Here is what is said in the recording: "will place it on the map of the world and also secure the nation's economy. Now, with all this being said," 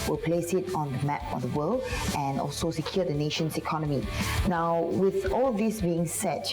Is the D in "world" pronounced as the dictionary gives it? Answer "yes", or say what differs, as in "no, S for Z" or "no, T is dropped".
no, D is dropped